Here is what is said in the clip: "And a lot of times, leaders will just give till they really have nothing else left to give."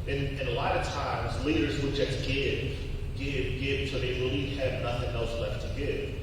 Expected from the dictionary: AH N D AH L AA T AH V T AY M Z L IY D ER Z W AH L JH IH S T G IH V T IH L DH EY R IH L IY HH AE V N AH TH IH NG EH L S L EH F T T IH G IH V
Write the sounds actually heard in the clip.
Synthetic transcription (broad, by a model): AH N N AH L AA T AH V T AY M Z L IY D ER Z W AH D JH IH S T G IH V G IH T DH EY R IH L IY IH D N AH TH IH NG EH L S L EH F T T IH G IH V